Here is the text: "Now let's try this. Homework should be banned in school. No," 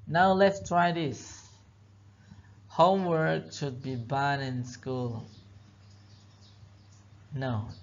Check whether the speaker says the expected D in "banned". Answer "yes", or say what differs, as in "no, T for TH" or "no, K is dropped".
no, D is dropped